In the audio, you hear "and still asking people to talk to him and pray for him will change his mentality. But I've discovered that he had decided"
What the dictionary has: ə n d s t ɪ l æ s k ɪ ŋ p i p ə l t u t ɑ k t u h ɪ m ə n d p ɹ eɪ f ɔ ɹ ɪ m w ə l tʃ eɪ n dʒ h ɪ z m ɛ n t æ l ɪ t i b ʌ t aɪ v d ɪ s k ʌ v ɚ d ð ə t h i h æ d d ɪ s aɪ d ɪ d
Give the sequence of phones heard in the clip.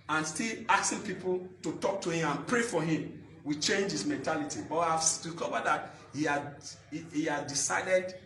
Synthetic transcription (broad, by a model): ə n s t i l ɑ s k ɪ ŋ p i p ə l t u t ɑ k t u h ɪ m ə n p ɹ eɪ f ɔ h ɪ m w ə tʃ eɪ n dʒ h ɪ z m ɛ n t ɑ l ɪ t i b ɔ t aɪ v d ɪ k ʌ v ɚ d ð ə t h i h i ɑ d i s aɪ d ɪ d